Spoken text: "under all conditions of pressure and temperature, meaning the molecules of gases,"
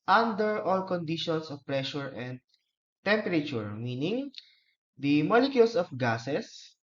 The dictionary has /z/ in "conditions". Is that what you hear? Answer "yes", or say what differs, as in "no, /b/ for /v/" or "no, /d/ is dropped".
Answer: no, /s/ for /z/